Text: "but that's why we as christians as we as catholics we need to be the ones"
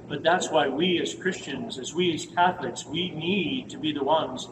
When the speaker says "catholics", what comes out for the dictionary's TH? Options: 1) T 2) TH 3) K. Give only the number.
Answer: 2